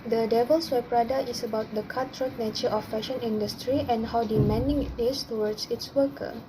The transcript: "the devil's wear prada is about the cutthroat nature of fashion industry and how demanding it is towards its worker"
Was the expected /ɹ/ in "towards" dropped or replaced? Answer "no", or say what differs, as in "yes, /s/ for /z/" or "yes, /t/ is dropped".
yes, /w/ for /ɹ/